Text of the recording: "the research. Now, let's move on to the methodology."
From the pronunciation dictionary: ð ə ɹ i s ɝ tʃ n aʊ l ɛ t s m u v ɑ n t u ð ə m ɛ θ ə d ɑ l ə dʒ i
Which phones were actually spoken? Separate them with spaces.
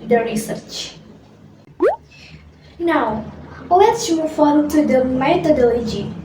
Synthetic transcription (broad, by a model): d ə ɹ i s ɝ tʃ n aʊ l ɛ t s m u f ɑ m t u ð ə m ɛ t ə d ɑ l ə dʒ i